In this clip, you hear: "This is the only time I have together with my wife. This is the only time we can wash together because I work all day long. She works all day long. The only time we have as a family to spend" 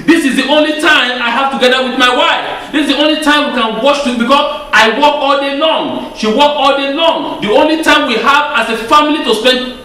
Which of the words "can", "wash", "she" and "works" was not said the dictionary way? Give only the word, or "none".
works